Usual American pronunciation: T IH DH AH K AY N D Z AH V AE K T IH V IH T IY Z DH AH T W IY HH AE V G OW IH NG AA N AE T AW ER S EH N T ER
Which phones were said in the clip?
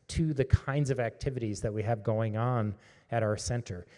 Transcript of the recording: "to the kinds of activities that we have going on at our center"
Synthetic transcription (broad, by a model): T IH DH AH K AY N D Z AH V AE K T IH V IH T IY Z DH AH T W IY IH V G OW IH NG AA N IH T AW ER S EH N T ER